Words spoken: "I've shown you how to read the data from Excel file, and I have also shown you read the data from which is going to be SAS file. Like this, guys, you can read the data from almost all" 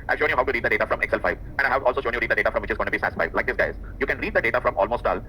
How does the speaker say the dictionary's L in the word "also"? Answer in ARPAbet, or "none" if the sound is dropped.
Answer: L